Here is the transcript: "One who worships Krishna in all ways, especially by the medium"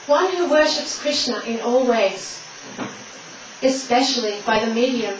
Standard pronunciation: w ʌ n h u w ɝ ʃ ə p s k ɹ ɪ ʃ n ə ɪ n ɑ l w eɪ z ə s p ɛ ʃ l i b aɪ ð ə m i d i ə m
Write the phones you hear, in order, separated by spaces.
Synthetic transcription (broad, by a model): w ʌ n h u w ɝ ʃ ə p s k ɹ ɪ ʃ n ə ɪ n ɑ l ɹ eɪ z ə s p ɛ ʃ l i b aɪ ð ə m i d i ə m